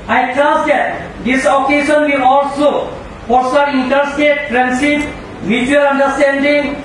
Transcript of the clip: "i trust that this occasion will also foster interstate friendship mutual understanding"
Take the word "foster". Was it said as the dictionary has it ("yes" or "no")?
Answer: no